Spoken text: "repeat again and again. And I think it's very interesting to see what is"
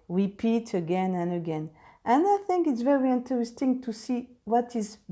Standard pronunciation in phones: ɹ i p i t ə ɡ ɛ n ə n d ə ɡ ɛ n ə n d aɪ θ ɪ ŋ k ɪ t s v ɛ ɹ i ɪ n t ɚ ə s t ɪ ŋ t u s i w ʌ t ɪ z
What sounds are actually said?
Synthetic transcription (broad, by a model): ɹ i p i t ə ɡ ɛ n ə n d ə ɡ ɛ n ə n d aɪ θ ɪ ŋ k ɪ t s v ɛ ɹ i ɪ n t ɚ ə s t ɪ ŋ t u s i w ʌ t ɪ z